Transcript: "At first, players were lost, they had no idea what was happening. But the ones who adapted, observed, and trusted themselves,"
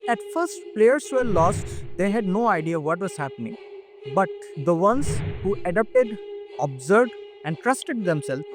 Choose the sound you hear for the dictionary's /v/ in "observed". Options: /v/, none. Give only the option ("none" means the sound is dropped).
none